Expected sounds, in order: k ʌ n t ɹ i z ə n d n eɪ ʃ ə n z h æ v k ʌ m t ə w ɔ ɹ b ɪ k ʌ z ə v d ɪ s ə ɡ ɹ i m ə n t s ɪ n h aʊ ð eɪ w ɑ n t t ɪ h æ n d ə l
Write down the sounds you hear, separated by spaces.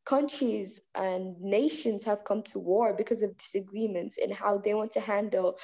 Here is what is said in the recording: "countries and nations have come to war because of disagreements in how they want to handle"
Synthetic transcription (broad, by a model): k ʌ n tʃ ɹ i z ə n n eɪ ʃ ə n z h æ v k ʌ m t ə w ɔ ɹ b ɪ k ʌ z ə v d ɪ s ə ɡ ɹ i m ə n t s ɪ n h aʊ ð eɪ w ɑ n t t ɪ h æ n d l